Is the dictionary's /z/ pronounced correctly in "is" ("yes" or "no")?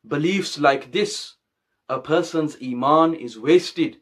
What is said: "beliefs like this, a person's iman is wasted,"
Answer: yes